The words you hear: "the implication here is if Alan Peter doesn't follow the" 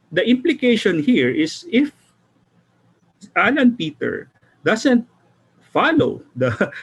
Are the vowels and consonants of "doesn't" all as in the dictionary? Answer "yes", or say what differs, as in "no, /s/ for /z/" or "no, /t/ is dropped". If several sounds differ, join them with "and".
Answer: no, /s/ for /z/